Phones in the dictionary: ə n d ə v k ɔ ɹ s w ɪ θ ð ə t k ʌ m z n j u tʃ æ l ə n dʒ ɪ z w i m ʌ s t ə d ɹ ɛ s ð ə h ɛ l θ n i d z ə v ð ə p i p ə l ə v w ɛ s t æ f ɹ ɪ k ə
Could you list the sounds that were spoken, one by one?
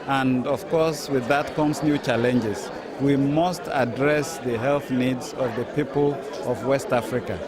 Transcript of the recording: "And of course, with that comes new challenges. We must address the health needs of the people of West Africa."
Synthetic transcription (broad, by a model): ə n d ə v k ɔ ɹ s w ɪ ð ə t k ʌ m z n j u tʃ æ l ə n dʒ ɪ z w i m ʌ s t ə d ɹ ɛ s ð ə h ɛ l θ n i d z ə v ð ə p i p ə l ə v w ɛ s t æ f ɹ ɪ k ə